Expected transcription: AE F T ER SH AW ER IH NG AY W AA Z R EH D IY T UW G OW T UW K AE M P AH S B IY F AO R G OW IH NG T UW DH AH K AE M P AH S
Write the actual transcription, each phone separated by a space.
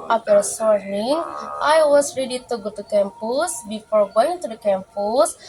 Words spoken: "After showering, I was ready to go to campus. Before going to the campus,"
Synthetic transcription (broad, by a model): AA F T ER S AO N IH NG AY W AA S R EH D IY T UW G OW T UW K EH M P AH S B IY F AO R G OW IH NG T UW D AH K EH M P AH S